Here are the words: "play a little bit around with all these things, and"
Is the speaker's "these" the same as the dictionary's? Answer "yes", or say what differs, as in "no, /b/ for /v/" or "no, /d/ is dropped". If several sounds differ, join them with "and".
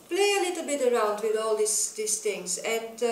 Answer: no, /s/ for /z/